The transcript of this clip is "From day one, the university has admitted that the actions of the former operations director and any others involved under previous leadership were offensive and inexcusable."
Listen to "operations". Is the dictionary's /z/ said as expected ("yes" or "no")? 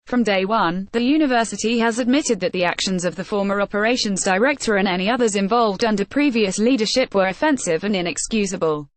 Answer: yes